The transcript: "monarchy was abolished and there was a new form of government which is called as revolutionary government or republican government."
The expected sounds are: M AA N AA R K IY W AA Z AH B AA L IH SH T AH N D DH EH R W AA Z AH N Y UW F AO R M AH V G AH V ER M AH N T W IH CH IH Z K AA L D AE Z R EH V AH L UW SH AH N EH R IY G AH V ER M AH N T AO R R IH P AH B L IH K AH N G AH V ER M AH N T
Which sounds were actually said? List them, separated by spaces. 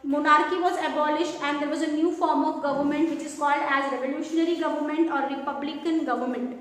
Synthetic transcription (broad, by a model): M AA N AA R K IY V AA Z AH B AA L IH SH T AH N D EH R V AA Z AH N Y UW F AO R M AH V G AH V ER M AH N T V IH CH IH Z K AA L D AE Z R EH V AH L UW SH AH N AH R IY G AH V ER M AH N T AO R R IH P AH B L IH K AH N G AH V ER M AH N T